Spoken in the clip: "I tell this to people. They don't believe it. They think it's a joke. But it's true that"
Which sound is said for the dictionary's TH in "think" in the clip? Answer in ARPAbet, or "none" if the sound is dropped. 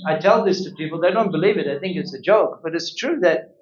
TH